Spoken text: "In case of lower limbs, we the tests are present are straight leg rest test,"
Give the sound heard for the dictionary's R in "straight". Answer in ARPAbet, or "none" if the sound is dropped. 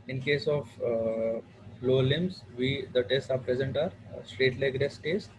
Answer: R